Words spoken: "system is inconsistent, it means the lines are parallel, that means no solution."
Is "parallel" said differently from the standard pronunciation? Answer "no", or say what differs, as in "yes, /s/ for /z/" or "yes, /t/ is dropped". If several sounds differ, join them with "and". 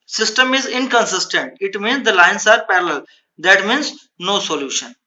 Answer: no